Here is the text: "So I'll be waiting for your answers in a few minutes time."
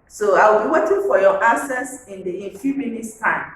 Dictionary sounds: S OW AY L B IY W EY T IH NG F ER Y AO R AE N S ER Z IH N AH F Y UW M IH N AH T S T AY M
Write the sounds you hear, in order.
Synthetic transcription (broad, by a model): S OW AY W B IY W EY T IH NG F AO Y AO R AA S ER S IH N AH F Y UW M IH N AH T S T AY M